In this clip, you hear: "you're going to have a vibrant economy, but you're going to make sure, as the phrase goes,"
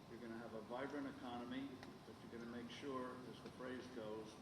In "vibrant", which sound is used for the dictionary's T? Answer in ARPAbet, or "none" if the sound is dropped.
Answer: none